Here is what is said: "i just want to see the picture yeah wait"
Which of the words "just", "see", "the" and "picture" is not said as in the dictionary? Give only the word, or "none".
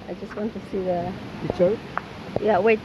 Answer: picture